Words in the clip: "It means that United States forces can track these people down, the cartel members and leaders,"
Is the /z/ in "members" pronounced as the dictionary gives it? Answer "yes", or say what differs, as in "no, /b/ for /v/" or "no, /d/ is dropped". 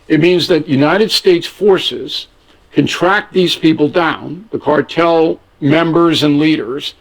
yes